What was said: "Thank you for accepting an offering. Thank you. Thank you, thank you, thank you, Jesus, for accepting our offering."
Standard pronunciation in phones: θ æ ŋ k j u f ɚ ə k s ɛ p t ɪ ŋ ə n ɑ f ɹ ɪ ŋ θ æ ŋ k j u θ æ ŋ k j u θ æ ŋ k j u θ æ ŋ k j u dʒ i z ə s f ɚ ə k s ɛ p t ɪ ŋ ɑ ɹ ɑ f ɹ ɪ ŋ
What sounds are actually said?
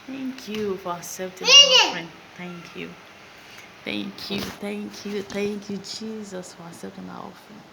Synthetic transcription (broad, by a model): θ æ ŋ k j u f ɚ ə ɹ s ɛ t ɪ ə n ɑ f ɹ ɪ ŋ θ æ ŋ k j u θ æ ŋ k j u θ æ ŋ k j u θ æ ŋ k j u dʒ i z ə s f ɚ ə s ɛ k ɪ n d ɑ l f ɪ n